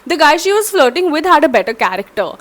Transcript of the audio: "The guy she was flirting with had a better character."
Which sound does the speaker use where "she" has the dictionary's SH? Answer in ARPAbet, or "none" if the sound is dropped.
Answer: SH